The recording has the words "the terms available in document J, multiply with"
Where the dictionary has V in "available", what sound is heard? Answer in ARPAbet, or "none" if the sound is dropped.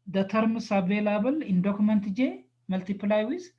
B